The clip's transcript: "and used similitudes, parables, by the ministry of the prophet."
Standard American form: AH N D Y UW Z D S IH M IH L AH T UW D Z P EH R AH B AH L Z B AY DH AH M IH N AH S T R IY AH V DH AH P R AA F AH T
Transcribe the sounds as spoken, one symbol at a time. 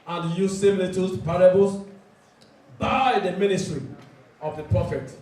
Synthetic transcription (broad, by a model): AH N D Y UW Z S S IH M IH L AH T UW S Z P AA R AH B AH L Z B AY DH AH M IH N AH S T R IY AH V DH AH P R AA F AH T